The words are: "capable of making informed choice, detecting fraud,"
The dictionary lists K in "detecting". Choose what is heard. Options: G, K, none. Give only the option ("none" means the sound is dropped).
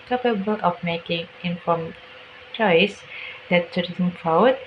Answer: none